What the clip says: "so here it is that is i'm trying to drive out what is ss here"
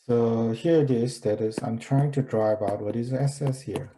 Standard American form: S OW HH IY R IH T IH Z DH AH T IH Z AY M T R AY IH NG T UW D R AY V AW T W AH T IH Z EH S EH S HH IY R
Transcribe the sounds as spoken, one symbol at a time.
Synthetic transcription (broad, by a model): S OW HH IY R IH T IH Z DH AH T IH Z AY M T R AY IH NG T UW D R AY B AW T W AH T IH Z EH S EH S HH IY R